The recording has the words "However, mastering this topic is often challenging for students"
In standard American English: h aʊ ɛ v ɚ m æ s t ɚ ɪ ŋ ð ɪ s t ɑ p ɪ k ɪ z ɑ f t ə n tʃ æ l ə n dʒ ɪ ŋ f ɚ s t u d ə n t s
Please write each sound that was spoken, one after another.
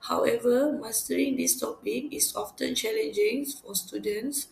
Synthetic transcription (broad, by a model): h aʊ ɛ v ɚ m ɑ s t ɚ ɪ ŋ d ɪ s t ɑ p ɪ k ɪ s ɑ f t ə n tʃ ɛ l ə n dʒ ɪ ŋ f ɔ s t u d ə n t s